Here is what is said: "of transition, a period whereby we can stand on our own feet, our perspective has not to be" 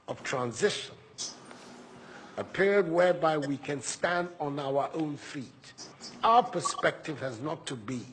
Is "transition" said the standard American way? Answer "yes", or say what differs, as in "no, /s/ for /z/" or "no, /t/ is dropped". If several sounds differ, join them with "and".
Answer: yes